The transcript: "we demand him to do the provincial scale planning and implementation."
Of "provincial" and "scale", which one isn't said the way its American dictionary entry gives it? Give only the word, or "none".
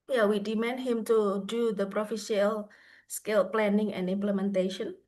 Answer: provincial